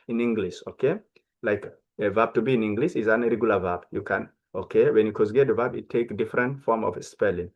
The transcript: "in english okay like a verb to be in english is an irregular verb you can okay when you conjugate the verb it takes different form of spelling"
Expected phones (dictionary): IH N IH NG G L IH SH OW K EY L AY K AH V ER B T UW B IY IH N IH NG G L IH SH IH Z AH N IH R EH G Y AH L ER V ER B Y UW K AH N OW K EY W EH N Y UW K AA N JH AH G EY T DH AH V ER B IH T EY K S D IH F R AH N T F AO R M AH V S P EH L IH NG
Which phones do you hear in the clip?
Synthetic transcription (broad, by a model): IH N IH NG G L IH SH OW K EY L AY K AH V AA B T UW B IY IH N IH NG G L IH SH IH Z AH N R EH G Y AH L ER V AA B Y UW K AH N OW K EY W EH N Y UW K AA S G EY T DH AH V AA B IH T EY K D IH F R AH N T F AO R M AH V S P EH L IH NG